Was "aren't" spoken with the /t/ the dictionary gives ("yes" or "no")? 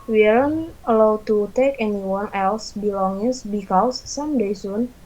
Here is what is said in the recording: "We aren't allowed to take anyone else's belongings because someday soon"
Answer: no